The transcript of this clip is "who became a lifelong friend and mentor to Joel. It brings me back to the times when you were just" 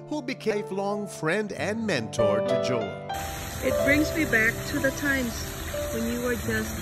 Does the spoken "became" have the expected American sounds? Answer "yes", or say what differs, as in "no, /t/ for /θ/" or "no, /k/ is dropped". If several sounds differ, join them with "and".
no, /m/ is dropped